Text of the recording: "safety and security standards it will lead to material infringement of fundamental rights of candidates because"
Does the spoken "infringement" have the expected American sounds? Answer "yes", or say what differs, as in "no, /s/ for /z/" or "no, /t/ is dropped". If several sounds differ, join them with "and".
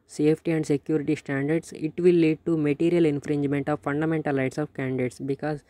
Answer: yes